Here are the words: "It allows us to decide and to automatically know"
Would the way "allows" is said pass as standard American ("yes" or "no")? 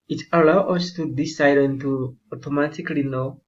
no